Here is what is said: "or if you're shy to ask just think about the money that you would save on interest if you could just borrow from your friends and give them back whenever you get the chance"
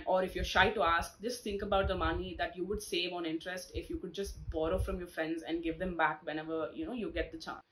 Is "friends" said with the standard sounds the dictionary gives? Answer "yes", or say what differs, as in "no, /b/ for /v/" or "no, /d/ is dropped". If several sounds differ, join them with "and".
yes